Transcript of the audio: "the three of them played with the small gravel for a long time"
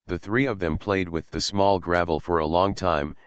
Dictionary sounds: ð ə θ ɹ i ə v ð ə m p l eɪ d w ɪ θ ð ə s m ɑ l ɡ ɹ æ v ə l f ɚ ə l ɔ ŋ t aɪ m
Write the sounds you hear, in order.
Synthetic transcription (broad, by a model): ð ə θ ɹ i ə v ð ə m p l eɪ d w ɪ ð ə s m ɑ l ɡ ɹ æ v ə l f ɚ ə l ɔ ŋ t aɪ m